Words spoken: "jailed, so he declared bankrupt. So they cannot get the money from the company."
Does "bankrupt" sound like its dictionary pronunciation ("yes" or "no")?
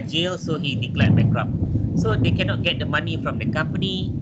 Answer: no